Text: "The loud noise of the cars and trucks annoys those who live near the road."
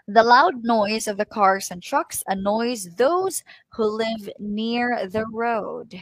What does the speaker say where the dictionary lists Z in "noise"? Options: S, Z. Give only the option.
Z